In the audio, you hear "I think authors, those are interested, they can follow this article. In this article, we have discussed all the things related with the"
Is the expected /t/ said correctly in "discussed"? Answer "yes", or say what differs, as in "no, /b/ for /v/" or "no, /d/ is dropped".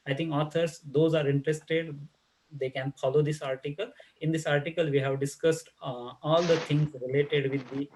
yes